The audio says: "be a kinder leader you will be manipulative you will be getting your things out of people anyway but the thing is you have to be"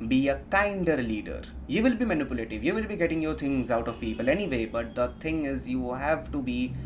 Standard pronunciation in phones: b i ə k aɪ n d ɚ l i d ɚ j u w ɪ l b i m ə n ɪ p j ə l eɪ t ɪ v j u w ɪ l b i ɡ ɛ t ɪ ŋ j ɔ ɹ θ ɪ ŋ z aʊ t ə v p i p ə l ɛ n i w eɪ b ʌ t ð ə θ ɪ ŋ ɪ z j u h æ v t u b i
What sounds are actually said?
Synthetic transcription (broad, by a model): b i ə k aɪ n d ɚ l i d ɚ j u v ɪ l b i m ə n ɪ p j ə l eɪ t ɪ v j u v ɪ l b i ɡ ɛ t ɪ ŋ j ɔ ɹ t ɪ ŋ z aʊ t ə v p i p ə l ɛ n i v eɪ b ʌ t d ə t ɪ ŋ ɪ z j u h æ v t u b i